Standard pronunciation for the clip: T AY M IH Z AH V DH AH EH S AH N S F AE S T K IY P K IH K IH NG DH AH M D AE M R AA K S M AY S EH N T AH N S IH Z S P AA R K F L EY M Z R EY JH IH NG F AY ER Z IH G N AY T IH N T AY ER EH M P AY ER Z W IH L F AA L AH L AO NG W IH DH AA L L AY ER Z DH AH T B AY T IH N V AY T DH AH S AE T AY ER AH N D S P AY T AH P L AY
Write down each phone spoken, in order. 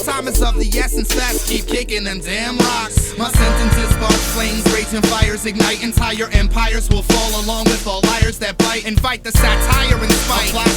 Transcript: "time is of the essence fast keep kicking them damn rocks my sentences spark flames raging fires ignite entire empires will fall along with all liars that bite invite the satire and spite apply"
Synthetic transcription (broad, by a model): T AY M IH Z AH V DH AH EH S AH N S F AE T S K IY P K IH K IH NG DH AH M D AE M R AA K S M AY S EH N T AH N S IH Z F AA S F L EY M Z R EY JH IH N F AY ER Z IH G N AY T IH N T AY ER EH M P AY ER Z W IH L F AA L AH L AO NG W IH DH AA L L AY ER Z DH AH T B AY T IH N F AY T DH AH S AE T AY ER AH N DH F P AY AH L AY